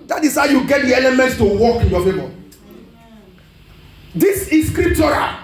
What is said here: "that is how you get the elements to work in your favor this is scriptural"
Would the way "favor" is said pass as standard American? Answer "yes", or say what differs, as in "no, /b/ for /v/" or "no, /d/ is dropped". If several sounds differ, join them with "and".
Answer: no, /b/ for /v/